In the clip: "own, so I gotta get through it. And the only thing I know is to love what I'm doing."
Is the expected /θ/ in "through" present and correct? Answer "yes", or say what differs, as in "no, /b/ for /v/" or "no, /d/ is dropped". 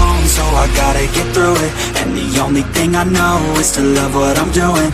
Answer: yes